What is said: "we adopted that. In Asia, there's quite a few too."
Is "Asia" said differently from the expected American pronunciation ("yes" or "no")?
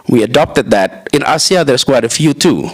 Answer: yes